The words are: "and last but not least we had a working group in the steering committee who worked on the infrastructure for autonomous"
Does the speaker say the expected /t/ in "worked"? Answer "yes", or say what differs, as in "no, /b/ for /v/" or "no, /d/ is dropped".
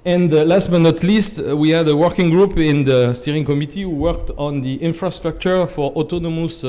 yes